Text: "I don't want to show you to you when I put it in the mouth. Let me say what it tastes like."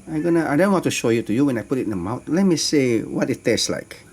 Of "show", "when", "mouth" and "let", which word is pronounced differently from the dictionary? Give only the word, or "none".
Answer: mouth